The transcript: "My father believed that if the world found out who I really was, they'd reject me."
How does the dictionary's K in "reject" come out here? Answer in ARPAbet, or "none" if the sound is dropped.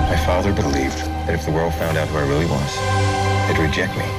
K